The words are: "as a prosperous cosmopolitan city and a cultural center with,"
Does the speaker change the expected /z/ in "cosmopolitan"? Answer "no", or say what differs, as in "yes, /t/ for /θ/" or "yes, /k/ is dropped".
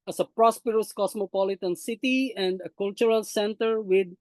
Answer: yes, /s/ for /z/